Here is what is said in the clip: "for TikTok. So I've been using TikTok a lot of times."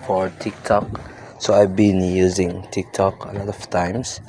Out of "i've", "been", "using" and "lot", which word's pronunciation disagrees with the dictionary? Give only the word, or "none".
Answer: none